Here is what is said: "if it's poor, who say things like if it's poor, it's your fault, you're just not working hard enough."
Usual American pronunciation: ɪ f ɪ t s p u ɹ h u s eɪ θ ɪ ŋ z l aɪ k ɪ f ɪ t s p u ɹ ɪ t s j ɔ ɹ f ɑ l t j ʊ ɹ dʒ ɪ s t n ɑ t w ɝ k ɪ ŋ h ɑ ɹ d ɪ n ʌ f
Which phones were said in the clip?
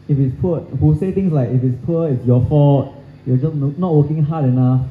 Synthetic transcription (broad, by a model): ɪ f ɪ t s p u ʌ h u s eɪ t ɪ ŋ s l aɪ k ɪ f ɪ t s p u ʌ ɪ t s j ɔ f ɑ t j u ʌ dʒ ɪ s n n ɑ t w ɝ k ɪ ŋ h ɑ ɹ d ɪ n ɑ f